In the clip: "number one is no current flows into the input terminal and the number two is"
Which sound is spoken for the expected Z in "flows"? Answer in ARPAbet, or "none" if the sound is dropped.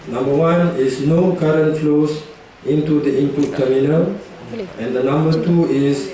S